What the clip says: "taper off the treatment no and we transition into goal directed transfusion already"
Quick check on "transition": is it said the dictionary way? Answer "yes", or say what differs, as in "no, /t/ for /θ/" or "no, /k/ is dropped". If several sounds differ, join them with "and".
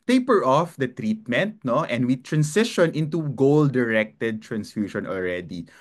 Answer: no, /s/ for /z/